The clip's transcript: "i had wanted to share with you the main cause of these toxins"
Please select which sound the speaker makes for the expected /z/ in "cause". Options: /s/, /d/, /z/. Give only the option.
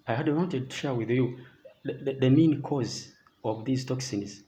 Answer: /z/